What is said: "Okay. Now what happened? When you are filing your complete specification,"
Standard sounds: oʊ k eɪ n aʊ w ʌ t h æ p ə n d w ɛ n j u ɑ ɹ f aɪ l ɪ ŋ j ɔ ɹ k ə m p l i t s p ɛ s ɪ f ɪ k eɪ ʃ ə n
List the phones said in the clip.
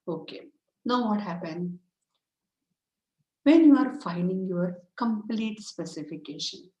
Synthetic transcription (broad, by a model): oʊ k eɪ n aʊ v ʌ t h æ p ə n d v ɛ n j u ɑ ɹ f aɪ n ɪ ŋ j ɔ ɹ k ə m p l i t s p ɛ s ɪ f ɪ k eɪ ʃ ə n